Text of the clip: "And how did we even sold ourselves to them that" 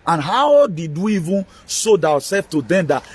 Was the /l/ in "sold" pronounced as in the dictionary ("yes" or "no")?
no